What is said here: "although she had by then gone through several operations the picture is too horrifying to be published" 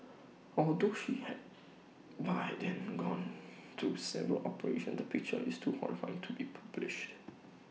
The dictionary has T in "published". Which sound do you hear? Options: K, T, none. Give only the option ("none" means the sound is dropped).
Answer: T